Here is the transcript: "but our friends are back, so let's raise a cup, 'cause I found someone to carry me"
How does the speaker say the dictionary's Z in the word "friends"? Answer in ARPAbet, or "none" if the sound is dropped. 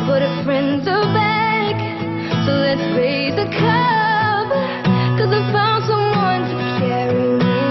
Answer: Z